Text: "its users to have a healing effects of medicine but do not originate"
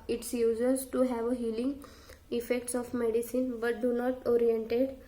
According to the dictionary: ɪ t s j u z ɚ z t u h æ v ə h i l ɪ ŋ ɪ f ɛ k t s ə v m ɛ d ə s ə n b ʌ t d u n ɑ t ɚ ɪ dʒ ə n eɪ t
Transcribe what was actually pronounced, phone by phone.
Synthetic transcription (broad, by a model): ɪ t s j u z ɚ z t u h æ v ə h i l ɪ ŋ ɪ f ɛ k t s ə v m ɛ d ə s ə n b ʌ t d u n ɑ t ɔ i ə n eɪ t